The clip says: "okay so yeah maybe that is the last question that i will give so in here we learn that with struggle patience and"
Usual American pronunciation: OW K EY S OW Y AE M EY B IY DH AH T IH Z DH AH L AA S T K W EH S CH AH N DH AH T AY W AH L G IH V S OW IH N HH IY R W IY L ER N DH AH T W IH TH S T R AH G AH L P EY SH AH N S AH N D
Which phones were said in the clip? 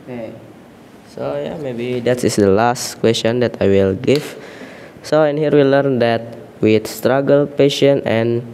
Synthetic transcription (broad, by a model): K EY S OW Y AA M EY B IY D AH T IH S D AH L AA S T K W EH S CH AH N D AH T AY W AH L G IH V S OW IH N HH IY R W IY L ER N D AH T W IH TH S T R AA G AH L P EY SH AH N AH N